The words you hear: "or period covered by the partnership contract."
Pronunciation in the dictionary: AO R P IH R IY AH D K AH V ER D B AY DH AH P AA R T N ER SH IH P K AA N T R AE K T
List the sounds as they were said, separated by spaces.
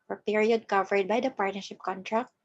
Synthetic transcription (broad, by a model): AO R P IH R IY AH D K AH V ER D B AY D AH P AA R T N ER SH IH P K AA N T R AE K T